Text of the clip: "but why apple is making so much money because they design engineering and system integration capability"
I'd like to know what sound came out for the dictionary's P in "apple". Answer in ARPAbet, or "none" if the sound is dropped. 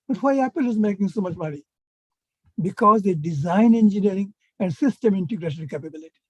P